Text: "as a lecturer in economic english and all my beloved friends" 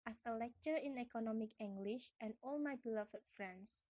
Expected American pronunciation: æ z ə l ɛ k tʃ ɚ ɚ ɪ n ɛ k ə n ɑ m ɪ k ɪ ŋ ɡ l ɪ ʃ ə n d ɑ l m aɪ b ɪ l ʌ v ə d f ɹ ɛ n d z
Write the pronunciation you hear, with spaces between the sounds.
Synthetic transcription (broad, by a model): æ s ə l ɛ k tʃ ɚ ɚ ɪ n ɛ k ə n ɑ m ɪ k ɪ ŋ ɡ l ɪ ʃ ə n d ɑ l m aɪ b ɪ l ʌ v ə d f ɹ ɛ n d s